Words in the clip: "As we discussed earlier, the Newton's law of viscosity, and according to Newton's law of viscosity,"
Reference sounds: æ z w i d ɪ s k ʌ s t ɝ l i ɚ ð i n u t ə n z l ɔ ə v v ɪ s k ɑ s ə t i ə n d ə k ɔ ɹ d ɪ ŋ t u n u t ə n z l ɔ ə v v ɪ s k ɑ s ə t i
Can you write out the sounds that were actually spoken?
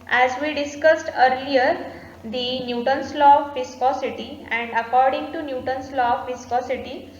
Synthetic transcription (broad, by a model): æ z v i d ɪ s k ʌ s t ɝ l i ɚ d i n u t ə n s l ɔ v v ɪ s k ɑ s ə t i ə n d ə k ɔ ɹ d ɪ ŋ t u n u t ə n s l ɔ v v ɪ s k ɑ s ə t i